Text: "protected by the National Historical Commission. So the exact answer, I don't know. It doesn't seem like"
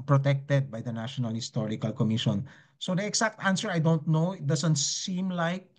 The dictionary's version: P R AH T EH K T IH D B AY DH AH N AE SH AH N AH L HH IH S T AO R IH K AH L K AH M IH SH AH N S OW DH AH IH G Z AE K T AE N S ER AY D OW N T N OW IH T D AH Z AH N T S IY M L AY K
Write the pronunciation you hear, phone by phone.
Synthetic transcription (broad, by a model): P R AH T EH K T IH D B AY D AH N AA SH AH N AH L HH IH S T AO R IH K AH L K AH M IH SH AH N S OW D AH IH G S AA K T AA N S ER AY D OW N T N OW IH T D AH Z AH N T S IY M L AY K